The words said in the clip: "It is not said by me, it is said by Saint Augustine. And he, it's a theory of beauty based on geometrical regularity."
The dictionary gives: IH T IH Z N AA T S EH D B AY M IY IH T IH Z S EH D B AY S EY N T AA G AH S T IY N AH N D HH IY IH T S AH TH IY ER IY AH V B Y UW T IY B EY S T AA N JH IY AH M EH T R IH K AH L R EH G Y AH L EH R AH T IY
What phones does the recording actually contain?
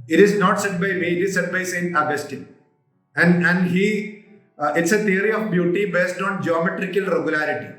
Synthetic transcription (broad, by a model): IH T IH Z N AA T S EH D B AY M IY IH T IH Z S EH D B AY S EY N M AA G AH S T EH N AH N D HH IY IH T S AH T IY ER IY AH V B Y UW T IY B EY S T AA N JH IY AH M EH T R IH K AH L R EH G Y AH L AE R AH T IY